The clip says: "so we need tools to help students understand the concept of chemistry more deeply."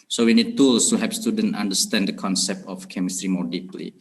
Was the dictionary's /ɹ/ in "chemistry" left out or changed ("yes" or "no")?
no